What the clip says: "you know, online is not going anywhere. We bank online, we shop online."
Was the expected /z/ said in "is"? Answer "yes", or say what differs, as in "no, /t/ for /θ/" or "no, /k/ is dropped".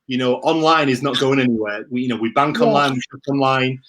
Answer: yes